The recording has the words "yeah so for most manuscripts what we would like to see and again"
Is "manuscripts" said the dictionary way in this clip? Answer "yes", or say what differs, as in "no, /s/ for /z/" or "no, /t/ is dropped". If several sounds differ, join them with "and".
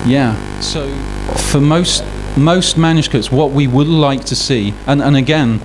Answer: no, /ɹ/ is dropped and /p/ is dropped